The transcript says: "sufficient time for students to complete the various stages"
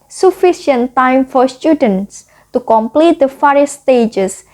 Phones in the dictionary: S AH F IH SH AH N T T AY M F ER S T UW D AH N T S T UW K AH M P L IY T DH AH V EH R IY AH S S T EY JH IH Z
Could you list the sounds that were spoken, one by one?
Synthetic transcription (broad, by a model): S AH F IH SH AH N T T AY M F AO S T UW D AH N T S T UW K AH M P L IY T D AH F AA R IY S S T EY JH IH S